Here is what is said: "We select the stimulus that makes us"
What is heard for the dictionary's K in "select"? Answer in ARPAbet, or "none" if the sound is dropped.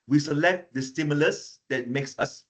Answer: K